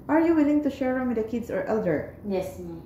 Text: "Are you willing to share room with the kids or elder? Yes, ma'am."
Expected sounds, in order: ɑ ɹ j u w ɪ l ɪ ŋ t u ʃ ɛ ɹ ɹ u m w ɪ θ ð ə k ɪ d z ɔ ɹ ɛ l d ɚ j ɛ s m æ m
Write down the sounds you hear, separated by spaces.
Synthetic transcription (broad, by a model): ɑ ɹ j u w ɪ l ɪ ŋ t u ʃ ɛ ɹ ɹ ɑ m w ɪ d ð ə k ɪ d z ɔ ɹ ɛ l d ɚ j ɛ s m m